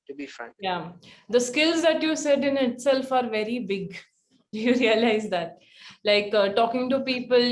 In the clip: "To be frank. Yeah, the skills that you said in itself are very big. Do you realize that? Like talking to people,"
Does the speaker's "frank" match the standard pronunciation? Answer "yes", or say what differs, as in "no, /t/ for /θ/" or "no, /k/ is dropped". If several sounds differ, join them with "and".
no, /ɹ/ is dropped